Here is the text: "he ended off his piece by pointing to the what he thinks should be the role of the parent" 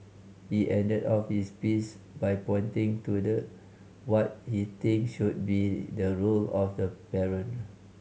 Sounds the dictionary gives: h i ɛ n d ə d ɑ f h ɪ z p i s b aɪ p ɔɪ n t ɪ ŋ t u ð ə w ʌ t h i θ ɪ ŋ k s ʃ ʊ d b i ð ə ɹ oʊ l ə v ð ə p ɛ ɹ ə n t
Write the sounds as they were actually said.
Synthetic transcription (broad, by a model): h i ɛ n d ə d ɑ f h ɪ s p i s b aɪ p ɔɪ n t ɪ ŋ t u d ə w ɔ t h i t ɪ ŋ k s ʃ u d b i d ə ɹ oʊ l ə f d ə p ɛ ɹ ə n